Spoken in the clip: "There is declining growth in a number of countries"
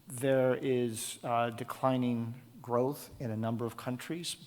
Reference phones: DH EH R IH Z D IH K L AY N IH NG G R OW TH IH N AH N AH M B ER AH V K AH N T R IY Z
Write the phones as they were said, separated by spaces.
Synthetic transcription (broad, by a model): DH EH R IH Z D IH K L AY N IH NG G R OW TH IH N AH N AH M B ER AH V K AH N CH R IY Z